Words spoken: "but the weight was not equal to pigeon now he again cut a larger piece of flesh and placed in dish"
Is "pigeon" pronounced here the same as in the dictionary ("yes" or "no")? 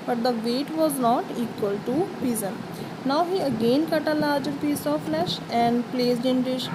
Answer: no